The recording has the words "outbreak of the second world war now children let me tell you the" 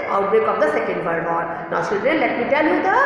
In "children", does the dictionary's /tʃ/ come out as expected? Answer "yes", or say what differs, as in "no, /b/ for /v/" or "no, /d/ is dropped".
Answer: no, /s/ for /tʃ/